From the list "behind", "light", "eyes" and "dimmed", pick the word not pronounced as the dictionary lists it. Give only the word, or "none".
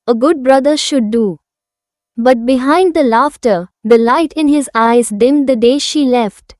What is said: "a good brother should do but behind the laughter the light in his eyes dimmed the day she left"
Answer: none